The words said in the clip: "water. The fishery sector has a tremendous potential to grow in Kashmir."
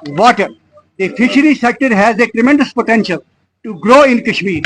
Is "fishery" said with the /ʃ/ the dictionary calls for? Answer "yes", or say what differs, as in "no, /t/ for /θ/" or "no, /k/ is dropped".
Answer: yes